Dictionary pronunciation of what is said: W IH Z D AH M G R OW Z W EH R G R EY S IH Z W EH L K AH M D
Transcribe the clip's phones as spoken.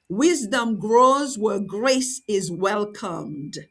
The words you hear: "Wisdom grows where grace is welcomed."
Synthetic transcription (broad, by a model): W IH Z D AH M G R OW Z W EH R G R EY S IH Z W EH L K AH M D